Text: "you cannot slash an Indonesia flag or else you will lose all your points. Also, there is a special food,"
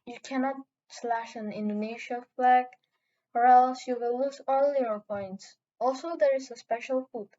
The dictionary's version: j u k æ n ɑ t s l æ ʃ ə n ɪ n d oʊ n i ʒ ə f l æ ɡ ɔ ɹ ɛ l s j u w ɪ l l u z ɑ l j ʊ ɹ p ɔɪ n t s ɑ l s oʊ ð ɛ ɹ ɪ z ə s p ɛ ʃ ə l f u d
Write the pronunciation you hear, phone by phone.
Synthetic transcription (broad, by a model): j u k æ n ɑ t s l æ ʃ ə n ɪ n d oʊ n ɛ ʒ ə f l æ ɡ ɔ ɹ ɛ l s j u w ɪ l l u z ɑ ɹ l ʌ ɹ p ɔɪ n t s ɑ l s oʊ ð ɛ ɹ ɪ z ə s p ɛ ʃ ə l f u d